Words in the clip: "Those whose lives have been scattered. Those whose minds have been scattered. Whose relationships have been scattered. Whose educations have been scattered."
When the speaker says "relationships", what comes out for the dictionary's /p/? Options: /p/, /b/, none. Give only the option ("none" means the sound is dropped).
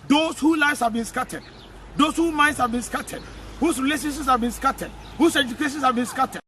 none